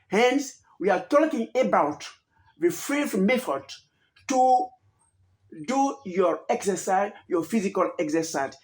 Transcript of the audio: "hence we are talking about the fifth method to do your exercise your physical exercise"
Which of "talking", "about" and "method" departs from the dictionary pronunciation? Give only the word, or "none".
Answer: method